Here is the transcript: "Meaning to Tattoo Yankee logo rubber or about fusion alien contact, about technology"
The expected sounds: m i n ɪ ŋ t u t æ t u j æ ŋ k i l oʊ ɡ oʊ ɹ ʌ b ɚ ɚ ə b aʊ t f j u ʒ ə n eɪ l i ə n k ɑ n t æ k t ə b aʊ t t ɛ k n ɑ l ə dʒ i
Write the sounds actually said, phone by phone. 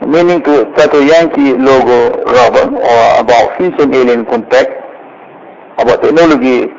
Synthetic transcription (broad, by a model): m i n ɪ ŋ t u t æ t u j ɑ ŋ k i l oʊ ɡ oʊ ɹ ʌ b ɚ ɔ ə b aʊ t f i s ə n eɪ l i ə n k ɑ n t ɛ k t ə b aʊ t t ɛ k n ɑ l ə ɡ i